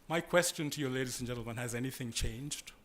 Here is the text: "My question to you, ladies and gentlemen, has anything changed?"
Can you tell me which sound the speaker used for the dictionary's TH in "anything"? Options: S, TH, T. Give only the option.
TH